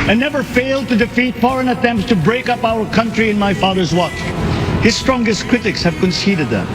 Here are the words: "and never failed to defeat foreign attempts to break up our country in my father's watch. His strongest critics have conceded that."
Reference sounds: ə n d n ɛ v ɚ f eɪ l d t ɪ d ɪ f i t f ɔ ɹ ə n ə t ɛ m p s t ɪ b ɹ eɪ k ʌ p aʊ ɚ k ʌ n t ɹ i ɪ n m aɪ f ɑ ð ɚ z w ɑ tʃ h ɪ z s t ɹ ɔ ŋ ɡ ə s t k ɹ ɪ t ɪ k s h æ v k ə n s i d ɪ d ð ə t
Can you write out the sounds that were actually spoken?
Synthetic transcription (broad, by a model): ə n n ɛ v ɚ f eɪ l d t ɪ d ɪ f i t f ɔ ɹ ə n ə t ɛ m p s t ɪ b ɹ eɪ k ʌ p aʊ ɚ k ʌ n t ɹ i ɪ n m aɪ f ɑ ð ɚ z w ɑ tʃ h ɪ z s t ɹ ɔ ŋ ɡ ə s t k ɹ ɪ t ɪ k s h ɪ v k ə n s i d ɪ d ð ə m